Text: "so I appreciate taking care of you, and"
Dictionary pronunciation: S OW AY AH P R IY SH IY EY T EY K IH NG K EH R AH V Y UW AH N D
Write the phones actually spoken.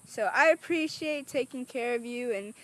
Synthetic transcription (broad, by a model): S OW AY AH P R IY SH IY EY T EY K IH NG K EH R AH V Y UW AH N